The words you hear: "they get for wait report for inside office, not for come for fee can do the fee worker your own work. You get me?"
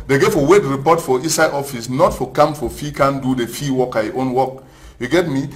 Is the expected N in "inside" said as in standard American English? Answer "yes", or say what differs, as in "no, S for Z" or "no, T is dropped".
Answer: no, N is dropped